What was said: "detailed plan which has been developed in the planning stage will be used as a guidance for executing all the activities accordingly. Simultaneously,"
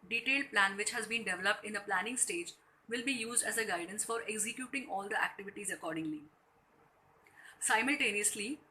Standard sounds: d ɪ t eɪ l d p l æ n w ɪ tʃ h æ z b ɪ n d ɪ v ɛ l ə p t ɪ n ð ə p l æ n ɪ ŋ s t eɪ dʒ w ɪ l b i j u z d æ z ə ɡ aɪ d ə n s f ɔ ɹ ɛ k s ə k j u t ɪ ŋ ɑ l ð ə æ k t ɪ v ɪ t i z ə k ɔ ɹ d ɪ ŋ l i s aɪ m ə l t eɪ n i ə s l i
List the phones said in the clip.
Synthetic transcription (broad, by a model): d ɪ t eɪ l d p l æ n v ɪ tʃ h æ z b ɪ n d ɪ v ɛ l ə p t ɪ n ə p l æ n ɪ ŋ s t eɪ dʒ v ɪ l b i j u z d æ z ə ɡ aɪ d ə n s f ɔ ɹ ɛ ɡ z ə k j u t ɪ ŋ ɑ l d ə æ k t ɪ v ɪ t i z ə k ɔ ɹ d ɪ ŋ l i s aɪ m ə l t eɪ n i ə s l i